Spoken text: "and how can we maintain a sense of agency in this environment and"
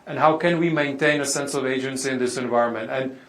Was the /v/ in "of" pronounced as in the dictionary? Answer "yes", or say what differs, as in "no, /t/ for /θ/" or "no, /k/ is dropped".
yes